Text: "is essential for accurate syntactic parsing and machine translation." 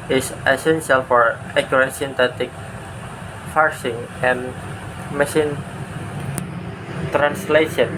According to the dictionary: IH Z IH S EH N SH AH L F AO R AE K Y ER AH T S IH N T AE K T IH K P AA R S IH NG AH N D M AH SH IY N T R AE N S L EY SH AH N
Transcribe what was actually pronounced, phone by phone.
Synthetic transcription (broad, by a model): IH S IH S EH N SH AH L F AO R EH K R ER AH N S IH N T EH T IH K F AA R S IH NG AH N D M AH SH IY N T R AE N S L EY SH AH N